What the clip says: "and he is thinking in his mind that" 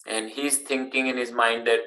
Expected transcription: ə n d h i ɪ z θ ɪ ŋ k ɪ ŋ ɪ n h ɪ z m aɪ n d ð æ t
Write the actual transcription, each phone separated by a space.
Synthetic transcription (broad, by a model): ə n d h i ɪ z t ɪ ŋ k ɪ ŋ ɪ n h ɪ z m aɪ n d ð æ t